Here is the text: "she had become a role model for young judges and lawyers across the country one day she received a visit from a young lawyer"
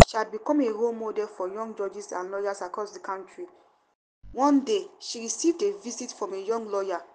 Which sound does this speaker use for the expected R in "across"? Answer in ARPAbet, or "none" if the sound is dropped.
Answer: R